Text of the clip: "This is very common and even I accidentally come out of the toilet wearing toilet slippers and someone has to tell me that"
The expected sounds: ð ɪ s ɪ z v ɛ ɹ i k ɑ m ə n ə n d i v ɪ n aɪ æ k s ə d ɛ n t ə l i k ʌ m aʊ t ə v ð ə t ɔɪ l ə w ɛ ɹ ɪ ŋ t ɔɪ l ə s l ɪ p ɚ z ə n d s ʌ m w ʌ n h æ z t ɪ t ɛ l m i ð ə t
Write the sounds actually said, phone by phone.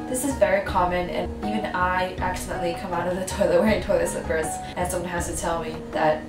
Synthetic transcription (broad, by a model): ð ɪ s ɪ z v ɛ ɹ i k ɑ m ə n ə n i v ɪ n aɪ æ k s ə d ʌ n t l i k ʌ m aʊ t ə v ð ə t ɔɪ l ə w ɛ ɪ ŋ t ɔɪ l ə s l ɪ p ɚ z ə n s ʌ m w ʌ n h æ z t ɪ t ɛ l m i ð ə t